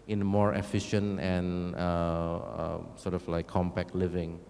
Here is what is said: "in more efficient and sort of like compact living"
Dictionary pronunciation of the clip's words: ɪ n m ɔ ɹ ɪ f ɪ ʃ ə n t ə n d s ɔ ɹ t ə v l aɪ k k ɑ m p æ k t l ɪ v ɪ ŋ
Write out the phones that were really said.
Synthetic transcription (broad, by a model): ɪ n m ɔ ɹ ɪ f ɪ ʃ ə n t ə n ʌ s ɔ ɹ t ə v l aɪ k k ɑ m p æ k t l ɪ v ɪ ŋ